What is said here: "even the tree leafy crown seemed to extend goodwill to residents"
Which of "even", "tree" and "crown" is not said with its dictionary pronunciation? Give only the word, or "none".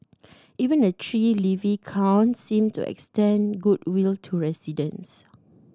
crown